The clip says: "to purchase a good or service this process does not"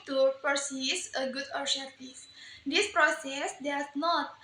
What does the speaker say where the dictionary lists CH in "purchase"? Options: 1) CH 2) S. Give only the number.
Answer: 2